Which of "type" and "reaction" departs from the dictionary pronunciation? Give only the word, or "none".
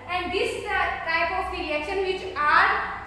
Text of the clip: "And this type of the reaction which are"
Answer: reaction